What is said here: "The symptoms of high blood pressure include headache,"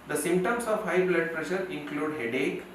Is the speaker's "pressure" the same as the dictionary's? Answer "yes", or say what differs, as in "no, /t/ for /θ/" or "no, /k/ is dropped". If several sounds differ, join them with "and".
yes